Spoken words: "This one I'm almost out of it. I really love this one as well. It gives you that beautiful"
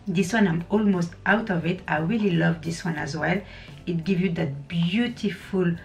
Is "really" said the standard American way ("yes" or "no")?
yes